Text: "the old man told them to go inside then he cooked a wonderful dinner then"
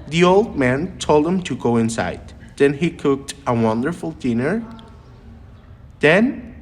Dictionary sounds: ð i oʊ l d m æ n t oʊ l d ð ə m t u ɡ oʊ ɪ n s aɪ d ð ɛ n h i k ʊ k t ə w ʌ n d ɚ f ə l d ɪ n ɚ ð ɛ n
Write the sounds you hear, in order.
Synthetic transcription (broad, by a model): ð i oʊ l d m æ n t oʊ l d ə m t u ɡ oʊ ɪ n s aɪ d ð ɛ n h i k ʊ k t ə w ʌ n d ɚ f ə l d ɪ n ɚ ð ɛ n